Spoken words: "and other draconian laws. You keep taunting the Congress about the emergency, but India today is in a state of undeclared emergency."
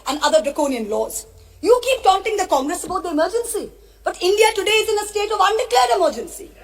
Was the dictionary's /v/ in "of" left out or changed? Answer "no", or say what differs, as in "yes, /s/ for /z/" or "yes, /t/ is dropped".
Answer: no